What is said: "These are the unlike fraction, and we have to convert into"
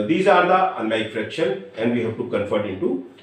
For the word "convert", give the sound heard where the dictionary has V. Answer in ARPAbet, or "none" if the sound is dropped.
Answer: F